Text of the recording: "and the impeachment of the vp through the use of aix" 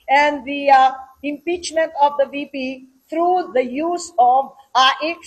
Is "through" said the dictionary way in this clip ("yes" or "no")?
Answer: no